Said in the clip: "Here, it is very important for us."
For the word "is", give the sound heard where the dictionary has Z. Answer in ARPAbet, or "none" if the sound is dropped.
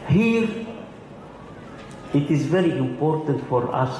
Z